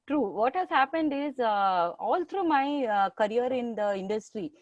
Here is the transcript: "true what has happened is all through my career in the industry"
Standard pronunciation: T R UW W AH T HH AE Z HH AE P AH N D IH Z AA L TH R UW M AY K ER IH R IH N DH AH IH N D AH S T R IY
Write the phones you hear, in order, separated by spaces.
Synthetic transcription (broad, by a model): T R UW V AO T HH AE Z HH AE P AH N D IH Z AA L T R UW M AY K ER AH R IH N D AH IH N D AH S T R IY